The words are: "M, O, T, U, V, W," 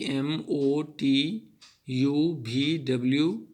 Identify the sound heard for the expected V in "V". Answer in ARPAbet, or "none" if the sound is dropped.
B